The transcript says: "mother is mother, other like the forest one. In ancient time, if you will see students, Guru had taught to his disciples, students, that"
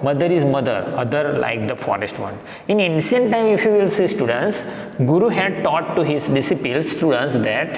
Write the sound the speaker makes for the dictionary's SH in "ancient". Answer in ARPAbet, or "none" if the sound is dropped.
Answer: S